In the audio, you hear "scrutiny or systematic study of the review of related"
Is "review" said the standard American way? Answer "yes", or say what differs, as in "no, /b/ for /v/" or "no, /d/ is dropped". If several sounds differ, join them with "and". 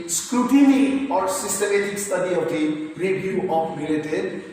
no, /b/ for /v/